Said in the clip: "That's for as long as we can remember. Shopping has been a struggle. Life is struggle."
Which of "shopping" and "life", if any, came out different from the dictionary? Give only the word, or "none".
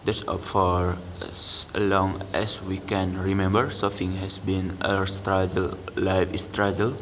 shopping